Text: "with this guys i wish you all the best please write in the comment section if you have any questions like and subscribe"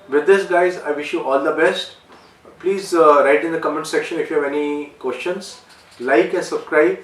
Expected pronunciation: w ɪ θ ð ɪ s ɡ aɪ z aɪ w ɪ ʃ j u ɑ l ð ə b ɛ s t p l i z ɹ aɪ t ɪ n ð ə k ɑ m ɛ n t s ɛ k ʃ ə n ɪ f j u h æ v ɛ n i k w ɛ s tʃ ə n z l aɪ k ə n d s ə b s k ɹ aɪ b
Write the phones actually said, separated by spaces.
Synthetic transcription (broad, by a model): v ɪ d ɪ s ɡ aɪ z aɪ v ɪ ʃ j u ɑ l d ə b ɛ s t p l i z ɹ aɪ t ɪ n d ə k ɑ m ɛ n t s ɛ k ʃ ə n ɪ f j u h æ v ɛ n i k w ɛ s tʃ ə n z l aɪ k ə n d s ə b s k ɹ aɪ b